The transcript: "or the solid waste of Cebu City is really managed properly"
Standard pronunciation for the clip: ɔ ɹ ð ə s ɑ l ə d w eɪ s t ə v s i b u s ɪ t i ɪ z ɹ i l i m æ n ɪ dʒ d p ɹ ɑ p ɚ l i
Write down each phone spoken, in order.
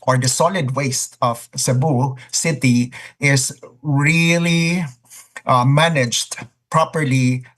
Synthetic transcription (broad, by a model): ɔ ɹ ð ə s ɑ l ə d w eɪ s t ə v s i b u s ɪ t i ɪ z ɹ i l i m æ n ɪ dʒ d p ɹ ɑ p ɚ l i